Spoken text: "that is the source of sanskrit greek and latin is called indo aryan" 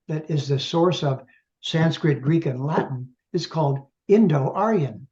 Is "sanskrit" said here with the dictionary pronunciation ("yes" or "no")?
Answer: yes